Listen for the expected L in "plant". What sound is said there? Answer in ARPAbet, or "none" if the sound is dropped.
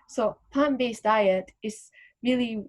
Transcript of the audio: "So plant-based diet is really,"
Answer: none